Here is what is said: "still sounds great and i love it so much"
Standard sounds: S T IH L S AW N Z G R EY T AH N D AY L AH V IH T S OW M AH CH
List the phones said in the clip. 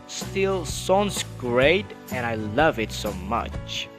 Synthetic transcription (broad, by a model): S T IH L S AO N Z G R EY T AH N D AY L AH V IH T S OW M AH CH